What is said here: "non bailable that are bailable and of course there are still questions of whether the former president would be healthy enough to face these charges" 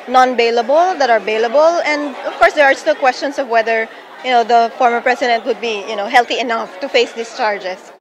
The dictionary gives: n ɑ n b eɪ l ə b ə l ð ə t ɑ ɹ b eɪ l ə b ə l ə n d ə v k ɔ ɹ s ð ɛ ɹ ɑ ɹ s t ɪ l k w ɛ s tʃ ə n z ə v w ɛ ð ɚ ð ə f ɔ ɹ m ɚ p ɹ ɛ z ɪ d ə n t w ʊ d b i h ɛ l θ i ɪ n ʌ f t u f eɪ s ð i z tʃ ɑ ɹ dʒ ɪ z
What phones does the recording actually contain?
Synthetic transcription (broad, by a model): n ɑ n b eɪ l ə b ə l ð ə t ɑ ɹ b eɪ l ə b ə l ə n d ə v k ɔ ɹ s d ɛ ɹ ɑ ɹ s t ɪ l k w ɛ s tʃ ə n s ə v w ɛ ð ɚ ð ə f ɔ ɹ m ɚ p ɹ ɛ s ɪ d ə n t w ʊ d b i h ɛ l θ i ɪ n ʌ f t u f eɪ s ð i s tʃ ɑ ɹ dʒ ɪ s